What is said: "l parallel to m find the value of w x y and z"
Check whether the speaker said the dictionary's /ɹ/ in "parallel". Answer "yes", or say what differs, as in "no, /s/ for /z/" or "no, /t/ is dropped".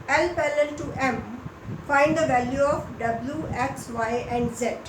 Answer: no, /l/ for /ɹ/